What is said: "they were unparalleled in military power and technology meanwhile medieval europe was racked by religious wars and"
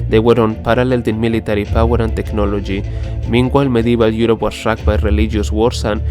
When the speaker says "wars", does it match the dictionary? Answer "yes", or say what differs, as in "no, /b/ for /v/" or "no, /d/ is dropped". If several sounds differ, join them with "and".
no, /s/ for /z/